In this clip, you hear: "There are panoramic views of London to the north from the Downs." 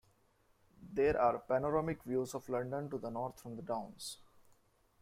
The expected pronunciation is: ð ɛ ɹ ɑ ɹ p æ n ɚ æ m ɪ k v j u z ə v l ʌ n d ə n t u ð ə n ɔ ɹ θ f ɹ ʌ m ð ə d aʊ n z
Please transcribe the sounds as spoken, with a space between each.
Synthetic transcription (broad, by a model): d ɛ ɹ ɑ ɹ p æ n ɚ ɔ m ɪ k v j u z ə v l ʌ n d ə n t u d ə n ɔ ɹ t f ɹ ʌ m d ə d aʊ n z